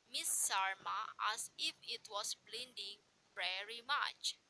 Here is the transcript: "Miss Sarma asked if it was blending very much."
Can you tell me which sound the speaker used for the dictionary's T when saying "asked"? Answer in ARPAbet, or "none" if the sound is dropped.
none